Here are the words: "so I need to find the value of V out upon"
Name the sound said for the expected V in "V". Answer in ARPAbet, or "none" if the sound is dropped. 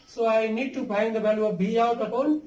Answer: B